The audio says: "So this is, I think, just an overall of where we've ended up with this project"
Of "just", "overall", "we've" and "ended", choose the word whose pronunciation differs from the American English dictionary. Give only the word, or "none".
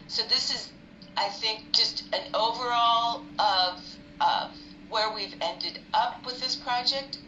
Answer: none